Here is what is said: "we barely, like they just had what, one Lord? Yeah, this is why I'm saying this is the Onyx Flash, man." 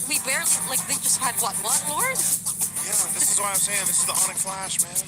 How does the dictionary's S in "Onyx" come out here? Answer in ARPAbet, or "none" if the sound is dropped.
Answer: none